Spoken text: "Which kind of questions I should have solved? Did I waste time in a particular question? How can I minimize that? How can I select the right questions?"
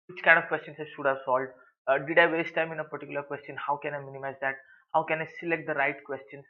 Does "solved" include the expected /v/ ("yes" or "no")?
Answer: no